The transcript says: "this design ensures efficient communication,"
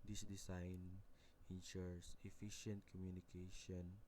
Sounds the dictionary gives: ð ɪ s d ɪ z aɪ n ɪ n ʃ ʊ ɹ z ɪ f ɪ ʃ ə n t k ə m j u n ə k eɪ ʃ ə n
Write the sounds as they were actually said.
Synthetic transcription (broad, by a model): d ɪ s d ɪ s aɪ n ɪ n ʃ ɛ ɹ s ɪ f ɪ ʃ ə n t k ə m j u n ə k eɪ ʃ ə n